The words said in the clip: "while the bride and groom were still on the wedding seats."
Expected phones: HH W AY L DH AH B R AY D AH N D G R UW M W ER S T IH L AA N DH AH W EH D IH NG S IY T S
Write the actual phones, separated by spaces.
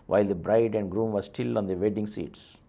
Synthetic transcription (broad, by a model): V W AY L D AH B R AY D AH N D G R UW M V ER S T IH L AA N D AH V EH D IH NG S IY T S